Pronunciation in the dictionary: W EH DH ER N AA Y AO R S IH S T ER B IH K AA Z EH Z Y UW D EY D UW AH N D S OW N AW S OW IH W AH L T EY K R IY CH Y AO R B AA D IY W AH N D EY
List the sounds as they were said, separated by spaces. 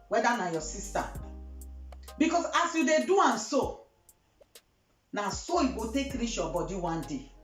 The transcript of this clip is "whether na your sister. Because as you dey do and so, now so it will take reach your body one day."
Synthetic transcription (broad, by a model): W EH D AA N AA Y AO S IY S T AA B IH K AA S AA S Y UW D EY D UW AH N S OW N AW S OW IH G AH T EY K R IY SH Y AO B AA D IY W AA N D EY